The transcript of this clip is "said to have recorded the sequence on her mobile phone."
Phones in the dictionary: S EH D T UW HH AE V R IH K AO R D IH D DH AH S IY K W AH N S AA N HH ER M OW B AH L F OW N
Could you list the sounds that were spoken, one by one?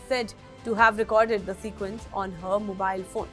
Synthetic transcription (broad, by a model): S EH D T UW HH AE V R IH K AO R D IH D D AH S IY K W AH N S AA N HH ER M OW B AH L F OW N